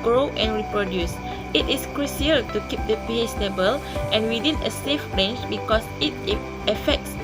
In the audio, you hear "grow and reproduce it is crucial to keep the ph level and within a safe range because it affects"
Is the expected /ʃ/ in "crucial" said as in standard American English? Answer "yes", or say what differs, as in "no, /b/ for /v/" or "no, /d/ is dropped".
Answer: no, /s/ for /ʃ/